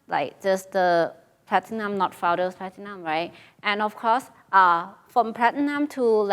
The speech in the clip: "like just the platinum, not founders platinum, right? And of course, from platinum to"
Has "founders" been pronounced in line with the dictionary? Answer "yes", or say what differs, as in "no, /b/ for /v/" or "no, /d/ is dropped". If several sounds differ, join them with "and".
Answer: no, /n/ is dropped and /s/ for /z/